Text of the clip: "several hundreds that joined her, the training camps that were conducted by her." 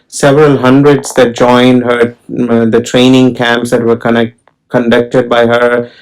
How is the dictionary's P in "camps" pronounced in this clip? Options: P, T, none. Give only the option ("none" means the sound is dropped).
P